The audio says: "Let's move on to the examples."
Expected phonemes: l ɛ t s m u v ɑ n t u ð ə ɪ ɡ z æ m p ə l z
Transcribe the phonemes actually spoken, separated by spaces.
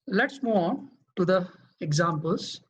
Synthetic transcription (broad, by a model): l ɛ t s m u ɑ n t u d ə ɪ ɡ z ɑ m p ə l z